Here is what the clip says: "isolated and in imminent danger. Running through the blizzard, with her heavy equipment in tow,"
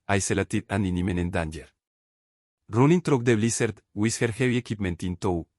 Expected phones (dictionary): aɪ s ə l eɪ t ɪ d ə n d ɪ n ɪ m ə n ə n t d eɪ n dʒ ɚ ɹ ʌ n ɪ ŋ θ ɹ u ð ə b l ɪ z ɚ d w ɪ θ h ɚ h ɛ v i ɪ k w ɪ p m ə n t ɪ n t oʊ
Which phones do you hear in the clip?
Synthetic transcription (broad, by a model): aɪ s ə l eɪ t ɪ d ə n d ɪ n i m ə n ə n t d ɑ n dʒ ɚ ɹ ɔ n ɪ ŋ t ɹ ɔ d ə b l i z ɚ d w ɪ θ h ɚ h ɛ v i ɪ k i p m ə n t ɪ n t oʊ